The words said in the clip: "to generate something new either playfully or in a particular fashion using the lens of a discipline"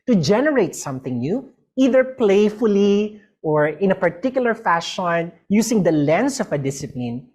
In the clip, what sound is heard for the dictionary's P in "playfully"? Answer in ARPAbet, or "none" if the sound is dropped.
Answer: P